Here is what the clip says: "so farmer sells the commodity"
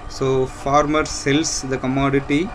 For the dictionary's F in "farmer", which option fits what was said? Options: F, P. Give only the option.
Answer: F